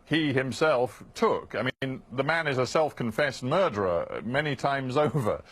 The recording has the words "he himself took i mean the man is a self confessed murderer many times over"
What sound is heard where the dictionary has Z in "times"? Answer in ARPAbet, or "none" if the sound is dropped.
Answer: Z